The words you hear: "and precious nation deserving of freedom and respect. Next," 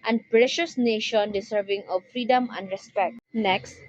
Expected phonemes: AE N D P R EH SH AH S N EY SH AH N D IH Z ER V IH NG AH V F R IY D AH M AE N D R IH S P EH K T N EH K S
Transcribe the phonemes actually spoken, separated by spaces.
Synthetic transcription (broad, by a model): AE N D P R EH SH AH S N EY SH AH N D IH S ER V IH NG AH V F R IY D AH M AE N D R IH S P EH K T N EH K S